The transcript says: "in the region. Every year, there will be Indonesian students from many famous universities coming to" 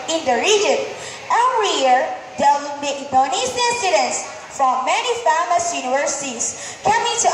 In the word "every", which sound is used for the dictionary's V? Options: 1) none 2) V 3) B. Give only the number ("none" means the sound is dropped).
1